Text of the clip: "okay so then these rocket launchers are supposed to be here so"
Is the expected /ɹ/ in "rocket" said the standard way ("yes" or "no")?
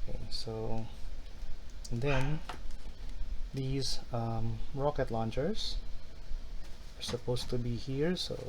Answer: yes